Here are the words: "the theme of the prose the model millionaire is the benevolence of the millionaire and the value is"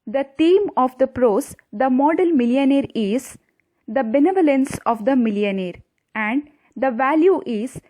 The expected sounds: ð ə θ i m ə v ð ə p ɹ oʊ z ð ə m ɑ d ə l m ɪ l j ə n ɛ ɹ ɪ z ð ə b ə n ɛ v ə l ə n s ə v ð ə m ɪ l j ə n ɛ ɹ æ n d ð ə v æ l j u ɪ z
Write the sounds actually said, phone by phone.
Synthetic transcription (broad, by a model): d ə t i m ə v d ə p ɹ oʊ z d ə m ɑ d ə l m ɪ l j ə n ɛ ɹ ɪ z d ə b ə n ɛ v ə l ə n s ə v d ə m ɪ l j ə n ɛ ɹ æ n d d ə v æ l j u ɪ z